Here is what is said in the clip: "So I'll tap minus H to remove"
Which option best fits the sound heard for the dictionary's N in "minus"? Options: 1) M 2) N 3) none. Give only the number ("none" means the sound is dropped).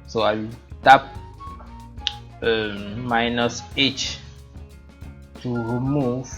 2